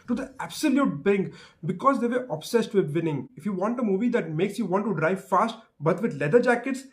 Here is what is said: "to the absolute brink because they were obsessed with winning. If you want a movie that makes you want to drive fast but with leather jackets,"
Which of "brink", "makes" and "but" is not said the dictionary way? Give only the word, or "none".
brink